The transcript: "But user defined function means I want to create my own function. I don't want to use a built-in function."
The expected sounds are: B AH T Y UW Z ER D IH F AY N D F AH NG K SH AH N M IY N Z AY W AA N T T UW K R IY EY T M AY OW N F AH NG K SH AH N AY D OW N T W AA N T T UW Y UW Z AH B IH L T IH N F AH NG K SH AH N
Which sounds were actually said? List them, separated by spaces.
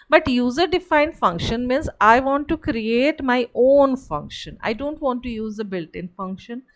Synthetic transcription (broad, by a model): B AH T Y UW Z ER D IH F AY N D F AH NG K SH AH N M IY N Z AY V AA N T T UW K R IY EY T M AY OW N F AH NG K SH AH N AY D OW N T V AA N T T UW Y UW Z AH B IH L T IH N F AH NG K SH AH N